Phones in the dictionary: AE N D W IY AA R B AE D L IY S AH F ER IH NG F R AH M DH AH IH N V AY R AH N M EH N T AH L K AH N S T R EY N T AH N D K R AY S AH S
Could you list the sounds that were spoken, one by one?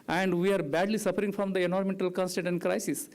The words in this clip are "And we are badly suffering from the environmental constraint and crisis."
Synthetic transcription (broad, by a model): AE N D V IY AA R B AE D L IY S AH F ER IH NG F R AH M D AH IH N AO R M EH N T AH L K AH N S T EY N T AH N D K R AY S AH S